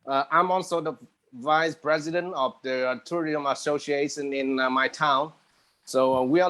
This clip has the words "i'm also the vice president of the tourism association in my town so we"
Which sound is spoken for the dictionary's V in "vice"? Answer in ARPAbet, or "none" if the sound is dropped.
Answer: V